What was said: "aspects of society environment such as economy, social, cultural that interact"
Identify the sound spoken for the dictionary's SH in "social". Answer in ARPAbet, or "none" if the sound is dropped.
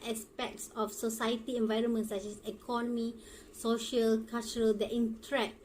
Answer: SH